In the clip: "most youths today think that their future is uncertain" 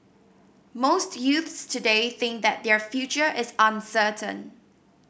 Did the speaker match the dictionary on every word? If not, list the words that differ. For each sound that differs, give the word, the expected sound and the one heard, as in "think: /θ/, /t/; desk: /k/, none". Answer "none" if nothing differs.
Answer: none